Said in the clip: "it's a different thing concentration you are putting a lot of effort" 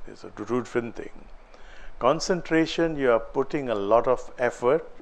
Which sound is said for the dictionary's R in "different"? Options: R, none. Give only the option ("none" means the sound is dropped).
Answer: none